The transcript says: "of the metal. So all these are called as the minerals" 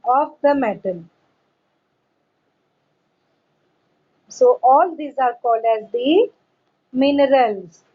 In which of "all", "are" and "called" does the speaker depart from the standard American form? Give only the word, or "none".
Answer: none